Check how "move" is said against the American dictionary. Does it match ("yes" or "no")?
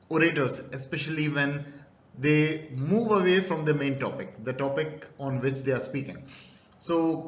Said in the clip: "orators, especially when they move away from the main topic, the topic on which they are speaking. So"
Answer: yes